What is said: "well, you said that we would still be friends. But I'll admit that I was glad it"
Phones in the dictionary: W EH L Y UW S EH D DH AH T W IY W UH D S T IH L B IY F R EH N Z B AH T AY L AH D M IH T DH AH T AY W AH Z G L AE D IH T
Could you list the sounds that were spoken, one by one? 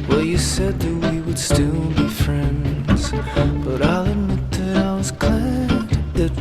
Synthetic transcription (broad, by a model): W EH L Y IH S EH D DH AH T W IY W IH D S T IH L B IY F R EH N Z B AH T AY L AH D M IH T DH AH T AY W AH Z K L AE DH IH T